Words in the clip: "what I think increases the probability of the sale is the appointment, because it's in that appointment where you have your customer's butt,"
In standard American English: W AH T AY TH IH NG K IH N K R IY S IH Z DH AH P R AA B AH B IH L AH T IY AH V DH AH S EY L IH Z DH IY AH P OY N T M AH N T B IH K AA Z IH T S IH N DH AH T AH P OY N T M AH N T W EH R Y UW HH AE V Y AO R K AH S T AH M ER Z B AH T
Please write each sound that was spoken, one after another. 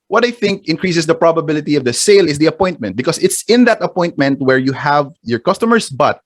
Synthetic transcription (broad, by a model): W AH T AY TH IH NG K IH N K R IY S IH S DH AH P R AA B AH B IH L AH T IY AH V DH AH S EY L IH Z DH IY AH P OY N T M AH N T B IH K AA S IH T S IH N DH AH T AH P OY N T M AH N T W EH R Y UW HH AE V Y AO R K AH S T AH M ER S B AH T